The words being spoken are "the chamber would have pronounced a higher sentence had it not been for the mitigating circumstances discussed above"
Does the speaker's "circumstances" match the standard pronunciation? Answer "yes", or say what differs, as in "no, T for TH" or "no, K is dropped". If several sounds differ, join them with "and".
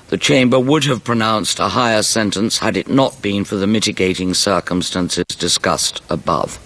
yes